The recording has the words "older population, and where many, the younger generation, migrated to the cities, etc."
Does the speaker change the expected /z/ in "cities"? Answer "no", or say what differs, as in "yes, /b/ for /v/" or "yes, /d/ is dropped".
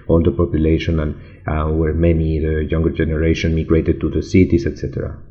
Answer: yes, /s/ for /z/